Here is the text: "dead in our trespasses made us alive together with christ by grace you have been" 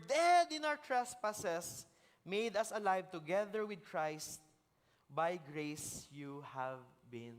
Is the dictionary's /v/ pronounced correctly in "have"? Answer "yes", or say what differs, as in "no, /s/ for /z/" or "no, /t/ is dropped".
yes